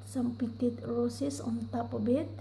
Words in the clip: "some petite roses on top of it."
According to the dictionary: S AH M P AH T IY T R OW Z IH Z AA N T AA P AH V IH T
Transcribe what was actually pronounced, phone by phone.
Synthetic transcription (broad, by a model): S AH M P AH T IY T R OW S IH S AA N T AA P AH B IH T